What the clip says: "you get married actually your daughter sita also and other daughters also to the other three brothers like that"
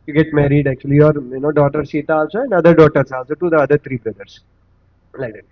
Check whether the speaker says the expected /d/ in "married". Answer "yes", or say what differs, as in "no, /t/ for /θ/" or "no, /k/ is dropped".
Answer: yes